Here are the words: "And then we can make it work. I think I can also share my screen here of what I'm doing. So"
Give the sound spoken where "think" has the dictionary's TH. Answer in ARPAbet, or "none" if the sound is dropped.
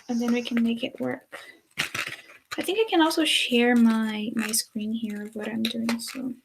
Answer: TH